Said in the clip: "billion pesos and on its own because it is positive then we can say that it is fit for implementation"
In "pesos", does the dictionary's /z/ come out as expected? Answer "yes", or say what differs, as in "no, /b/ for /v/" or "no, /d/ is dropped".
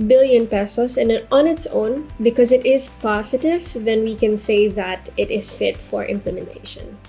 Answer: no, /s/ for /z/